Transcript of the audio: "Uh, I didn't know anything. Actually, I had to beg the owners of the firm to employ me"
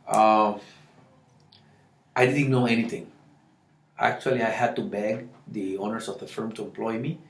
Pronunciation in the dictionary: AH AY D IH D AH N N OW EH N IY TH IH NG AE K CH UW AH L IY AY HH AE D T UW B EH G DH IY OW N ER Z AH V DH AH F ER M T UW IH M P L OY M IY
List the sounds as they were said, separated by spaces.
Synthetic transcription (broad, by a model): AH AY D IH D N N OW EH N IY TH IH NG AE K CH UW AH L IY AY HH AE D T UW B EH G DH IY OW N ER S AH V DH AH F ER M T UW IH M P L OY M IY